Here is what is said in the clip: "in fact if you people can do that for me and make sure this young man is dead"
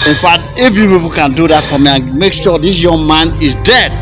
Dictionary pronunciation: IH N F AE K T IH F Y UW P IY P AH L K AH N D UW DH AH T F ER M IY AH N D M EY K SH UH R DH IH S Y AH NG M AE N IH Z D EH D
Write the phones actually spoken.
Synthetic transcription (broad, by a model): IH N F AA T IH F Y UW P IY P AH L K AH N D UW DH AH T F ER M IY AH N M EY K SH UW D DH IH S Y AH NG M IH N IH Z D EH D